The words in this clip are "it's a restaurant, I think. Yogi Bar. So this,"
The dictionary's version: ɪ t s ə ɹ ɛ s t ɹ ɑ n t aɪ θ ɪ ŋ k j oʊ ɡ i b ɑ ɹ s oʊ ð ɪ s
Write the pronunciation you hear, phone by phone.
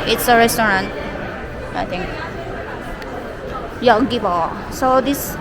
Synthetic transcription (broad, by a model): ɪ t s ə ɹ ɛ s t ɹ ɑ n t aɪ t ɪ ŋ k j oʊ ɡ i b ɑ s oʊ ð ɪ s